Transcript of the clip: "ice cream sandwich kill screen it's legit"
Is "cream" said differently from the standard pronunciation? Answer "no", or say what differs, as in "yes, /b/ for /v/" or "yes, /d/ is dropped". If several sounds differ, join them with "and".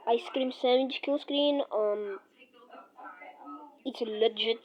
no